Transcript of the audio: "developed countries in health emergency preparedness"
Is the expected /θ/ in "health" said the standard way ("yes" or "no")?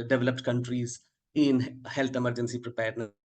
no